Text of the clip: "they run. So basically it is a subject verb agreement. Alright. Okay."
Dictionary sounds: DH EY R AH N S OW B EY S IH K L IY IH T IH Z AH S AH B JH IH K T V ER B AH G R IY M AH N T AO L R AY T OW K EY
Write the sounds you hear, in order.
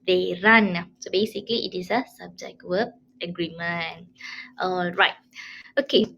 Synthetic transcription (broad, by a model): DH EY R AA N S OW B EY S IH K L IY IH T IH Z AH S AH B JH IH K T W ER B AH G R IY M AH N T AO L R AY T OW K EY